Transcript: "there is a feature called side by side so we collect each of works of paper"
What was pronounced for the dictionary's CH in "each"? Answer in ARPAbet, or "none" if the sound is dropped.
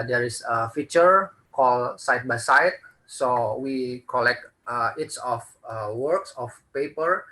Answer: S